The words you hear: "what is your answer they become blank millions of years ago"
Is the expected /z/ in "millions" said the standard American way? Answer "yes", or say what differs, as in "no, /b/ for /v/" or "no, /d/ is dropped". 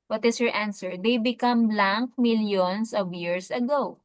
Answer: no, /s/ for /z/